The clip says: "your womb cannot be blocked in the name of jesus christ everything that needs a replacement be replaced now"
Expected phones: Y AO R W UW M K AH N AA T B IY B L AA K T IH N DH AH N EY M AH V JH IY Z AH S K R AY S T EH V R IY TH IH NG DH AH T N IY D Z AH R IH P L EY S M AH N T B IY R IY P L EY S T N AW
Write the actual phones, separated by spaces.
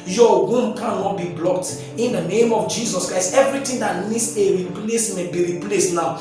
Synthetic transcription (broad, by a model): Y AO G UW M K AH N AA T B IY B L AA K T IH N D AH N EY M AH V JH IY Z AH S K R AY S T EH V R IY T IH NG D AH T N IY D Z AH R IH P L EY S M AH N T B IY R IY P L EY S T N AW